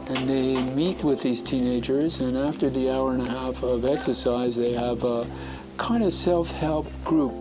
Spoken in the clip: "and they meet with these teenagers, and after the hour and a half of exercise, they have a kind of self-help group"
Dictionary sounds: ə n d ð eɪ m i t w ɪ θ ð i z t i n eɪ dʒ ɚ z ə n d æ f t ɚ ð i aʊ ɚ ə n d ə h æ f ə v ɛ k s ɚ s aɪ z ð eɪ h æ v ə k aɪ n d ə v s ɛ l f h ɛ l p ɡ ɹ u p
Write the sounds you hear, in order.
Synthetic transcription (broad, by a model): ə n ð eɪ m i t w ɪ ð i z t i n eɪ dʒ ɚ z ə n æ f t ɚ ð i aʊ ɚ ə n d ə h æ f ə v ɛ k s ɚ s aɪ z ð eɪ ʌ v ə k aɪ n d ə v s ɛ l f h ɛ l p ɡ ɹ u p